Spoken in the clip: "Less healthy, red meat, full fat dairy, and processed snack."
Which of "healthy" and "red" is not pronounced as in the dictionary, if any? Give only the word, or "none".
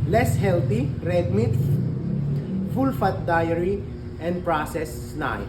healthy